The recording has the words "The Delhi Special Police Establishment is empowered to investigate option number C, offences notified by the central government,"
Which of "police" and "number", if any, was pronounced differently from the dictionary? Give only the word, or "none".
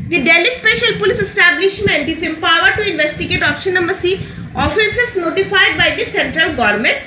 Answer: number